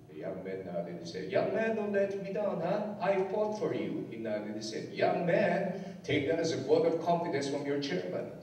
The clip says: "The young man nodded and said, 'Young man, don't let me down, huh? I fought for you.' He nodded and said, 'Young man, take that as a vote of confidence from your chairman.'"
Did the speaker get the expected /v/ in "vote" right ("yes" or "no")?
no